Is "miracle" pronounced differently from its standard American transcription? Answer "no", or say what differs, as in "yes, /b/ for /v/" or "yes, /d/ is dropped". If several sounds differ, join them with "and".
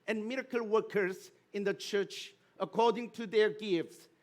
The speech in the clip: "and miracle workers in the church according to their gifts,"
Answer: no